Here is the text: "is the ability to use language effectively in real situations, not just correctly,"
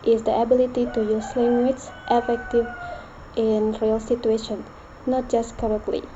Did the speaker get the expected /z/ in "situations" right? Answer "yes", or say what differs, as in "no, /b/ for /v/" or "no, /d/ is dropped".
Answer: no, /z/ is dropped